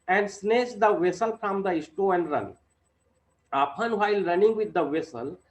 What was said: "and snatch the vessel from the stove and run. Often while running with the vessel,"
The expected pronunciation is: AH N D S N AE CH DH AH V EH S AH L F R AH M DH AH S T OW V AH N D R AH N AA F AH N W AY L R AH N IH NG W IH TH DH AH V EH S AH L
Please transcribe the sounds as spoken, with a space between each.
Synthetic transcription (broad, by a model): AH N D S N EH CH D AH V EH S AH L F R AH M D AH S T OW AH N D R AH N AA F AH N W AY L R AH N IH NG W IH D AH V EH S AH L